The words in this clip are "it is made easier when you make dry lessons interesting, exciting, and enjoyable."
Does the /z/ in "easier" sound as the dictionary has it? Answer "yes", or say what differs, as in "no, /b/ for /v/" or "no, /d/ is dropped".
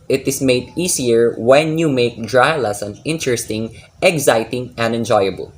no, /s/ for /z/